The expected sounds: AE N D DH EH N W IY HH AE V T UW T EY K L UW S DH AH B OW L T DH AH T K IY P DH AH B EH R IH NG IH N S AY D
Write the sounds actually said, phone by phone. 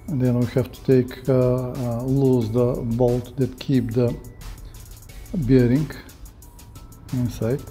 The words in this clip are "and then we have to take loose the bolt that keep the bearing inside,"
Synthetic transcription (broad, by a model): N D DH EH N W IY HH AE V T UW T EY K L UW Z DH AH B OW L T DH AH T K IY P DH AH B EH R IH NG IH N S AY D